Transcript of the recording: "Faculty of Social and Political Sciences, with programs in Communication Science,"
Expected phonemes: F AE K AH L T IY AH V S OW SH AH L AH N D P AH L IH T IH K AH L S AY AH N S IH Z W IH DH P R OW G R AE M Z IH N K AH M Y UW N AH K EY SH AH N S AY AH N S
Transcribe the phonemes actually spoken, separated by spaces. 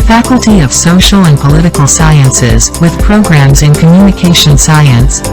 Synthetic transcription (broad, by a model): F AE K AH L T IY AH V S OW SH L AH N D P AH L IH T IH K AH L S AY AH N S IH Z W IH DH P R OW G R AE M Z IH N K AH M Y UW N AH K EY SH AH N S AY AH N S